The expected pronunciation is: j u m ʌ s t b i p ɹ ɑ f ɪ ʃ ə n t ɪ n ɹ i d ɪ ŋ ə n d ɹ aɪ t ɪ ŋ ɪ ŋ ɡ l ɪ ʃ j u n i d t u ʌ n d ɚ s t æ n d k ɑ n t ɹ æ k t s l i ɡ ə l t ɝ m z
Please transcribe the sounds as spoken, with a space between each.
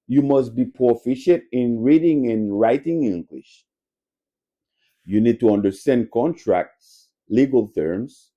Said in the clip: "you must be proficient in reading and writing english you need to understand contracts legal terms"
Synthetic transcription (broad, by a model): j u m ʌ s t b i p ɑ f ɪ ʃ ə n t ɪ n ɹ i d ɪ ŋ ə n ɹ aɪ t ɪ ŋ ɪ ŋ ɡ l ɪ ʃ j u n i d t u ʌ n d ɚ s t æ n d k ɑ n t ɹ æ k t s l i ɡ ə l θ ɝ m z